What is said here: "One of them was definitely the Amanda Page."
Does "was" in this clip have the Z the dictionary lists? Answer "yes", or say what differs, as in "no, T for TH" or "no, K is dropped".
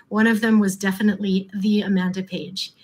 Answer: yes